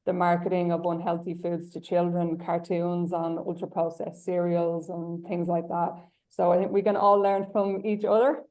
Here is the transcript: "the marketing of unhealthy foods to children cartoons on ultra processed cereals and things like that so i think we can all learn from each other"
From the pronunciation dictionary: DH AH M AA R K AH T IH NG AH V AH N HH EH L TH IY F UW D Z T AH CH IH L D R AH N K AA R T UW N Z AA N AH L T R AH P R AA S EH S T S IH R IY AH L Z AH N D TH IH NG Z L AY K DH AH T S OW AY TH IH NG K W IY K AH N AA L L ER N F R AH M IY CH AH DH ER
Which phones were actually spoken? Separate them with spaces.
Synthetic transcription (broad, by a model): DH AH M AA R K AH T IH NG AH V AH N HH EH L TH IY F UW D Z T AH CH IH L D R AH N K AA R T UW N Z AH N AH L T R AH P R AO EH S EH S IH R IY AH L Z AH N TH IH NG Z L AY K DH AH T S OW AY TH IH NG K W IY K AH N AA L L ER N F R AH M IY CH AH DH ER